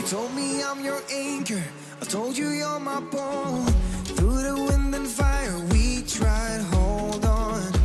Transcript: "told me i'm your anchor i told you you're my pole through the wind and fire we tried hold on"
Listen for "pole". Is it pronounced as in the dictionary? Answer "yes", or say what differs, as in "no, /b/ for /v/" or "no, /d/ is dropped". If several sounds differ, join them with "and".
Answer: no, /b/ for /p/